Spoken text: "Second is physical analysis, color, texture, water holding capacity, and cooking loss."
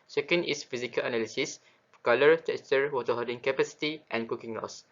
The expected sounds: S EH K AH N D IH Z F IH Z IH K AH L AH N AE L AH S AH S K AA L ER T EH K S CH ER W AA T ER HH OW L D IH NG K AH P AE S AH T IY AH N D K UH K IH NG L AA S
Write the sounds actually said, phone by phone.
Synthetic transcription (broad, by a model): S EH K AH N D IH S F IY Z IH K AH L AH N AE L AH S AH S K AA L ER T EH K S CH ER W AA T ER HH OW D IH NG K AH P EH S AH T IY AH N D K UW K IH NG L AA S